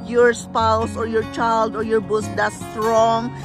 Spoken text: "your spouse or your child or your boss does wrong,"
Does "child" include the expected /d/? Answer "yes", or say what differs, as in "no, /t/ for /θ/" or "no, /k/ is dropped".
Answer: yes